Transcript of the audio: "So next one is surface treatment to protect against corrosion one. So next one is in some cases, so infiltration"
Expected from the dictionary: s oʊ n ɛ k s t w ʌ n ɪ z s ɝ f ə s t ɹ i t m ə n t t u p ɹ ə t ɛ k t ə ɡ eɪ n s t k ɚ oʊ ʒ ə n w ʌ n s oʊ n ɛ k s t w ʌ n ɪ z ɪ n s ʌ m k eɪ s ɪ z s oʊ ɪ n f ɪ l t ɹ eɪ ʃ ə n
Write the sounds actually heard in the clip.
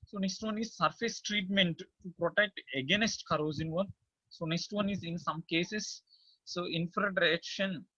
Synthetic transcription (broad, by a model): s oʊ n ɛ k s t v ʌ n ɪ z s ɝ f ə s t ɹ i t m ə n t t u p ɹ ə t ɛ k t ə ɡ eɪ n s t k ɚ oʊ z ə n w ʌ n s oʊ n ɛ k s t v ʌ n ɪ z ɪ n s ʌ m k eɪ s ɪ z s oʊ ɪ n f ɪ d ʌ ɹ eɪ ʃ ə n